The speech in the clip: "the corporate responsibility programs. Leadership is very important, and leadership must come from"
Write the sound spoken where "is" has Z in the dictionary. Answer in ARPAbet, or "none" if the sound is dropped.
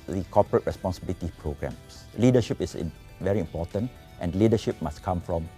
S